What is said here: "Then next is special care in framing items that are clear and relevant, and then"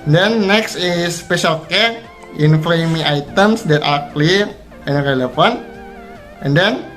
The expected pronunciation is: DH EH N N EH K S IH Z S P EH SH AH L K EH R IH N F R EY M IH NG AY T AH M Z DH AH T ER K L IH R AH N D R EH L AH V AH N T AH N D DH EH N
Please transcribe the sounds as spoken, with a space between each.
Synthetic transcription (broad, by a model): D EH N N EH K S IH S P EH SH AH L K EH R IH N F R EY M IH NG AY T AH M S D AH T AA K L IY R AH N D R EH L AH F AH N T AH N D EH N